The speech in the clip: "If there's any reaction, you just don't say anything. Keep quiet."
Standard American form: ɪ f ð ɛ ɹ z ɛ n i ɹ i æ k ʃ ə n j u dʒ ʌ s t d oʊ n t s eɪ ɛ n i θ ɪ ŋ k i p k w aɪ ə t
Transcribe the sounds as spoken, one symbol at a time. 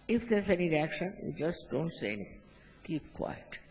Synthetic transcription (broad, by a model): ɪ f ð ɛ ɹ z ɛ n i ɹ i æ k ʃ ə n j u dʒ ʌ s t d oʊ n t s eɪ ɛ n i t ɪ ŋ k i p k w aɪ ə t